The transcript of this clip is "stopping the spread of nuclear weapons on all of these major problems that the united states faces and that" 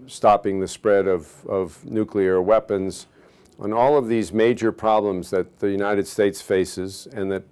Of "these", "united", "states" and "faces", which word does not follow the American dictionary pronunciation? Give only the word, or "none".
none